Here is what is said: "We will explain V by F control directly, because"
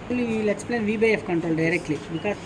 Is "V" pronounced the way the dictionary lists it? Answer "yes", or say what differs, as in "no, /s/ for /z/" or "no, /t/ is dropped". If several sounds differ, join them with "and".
yes